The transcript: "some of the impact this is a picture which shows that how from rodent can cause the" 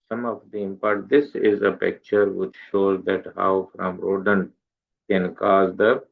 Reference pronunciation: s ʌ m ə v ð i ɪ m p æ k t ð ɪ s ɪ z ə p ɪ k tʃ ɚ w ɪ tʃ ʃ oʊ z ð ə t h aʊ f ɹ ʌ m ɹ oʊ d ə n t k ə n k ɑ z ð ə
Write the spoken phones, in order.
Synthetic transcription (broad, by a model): s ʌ m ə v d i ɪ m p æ t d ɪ s ɪ z ə p ɪ k tʃ ɚ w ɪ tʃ ʃ oʊ z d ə t h aʊ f ɹ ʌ m ɹ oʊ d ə n k ə n k ɑ z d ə